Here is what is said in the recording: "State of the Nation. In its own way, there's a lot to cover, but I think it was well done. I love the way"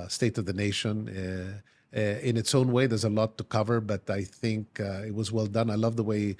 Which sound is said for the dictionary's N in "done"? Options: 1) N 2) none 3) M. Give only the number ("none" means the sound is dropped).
1